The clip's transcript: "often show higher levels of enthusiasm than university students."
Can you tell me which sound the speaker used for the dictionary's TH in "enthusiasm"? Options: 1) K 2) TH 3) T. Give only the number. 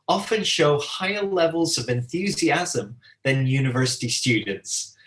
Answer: 2